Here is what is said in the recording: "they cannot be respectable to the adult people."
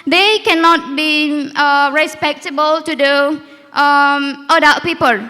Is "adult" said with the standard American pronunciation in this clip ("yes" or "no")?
no